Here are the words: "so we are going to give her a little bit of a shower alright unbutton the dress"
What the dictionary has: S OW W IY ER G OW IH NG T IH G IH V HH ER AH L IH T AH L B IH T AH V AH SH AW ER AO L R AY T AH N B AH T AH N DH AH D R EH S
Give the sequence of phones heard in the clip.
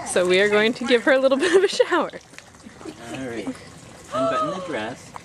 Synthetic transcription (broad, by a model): S OW W IY ER G OW IH NG T IH G IH V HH ER AH L IH T L B IH T AH V AH SH AW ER R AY AH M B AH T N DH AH D R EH S